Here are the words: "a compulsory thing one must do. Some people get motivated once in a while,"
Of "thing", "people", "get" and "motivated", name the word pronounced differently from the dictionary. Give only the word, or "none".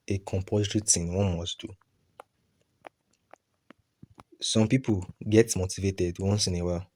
thing